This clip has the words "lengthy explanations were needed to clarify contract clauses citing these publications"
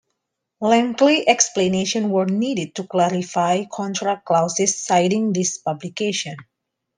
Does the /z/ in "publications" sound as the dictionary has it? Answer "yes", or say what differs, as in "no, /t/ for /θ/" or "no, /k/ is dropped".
no, /z/ is dropped